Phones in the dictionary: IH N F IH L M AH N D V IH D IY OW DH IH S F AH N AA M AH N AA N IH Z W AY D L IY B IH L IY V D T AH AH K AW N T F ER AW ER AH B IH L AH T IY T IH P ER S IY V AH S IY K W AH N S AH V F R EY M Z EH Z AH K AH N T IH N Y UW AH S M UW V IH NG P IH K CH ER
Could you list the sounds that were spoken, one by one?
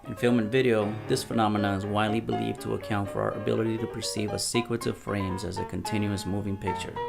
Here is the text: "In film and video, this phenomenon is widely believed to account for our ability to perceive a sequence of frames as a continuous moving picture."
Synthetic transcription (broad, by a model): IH N F IH L M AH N V IH D IY OW DH IH S F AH N AA M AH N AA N IH Z W AY D L IY B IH L IY V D T AH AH K AW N T F ER AW ER AH B IH L AH T IY T IH P ER S IY V AH S IY K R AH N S AH V F R EY M Z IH Z AH K AH N T IH N Y UW AH S M UW V IH NG P IH K CH ER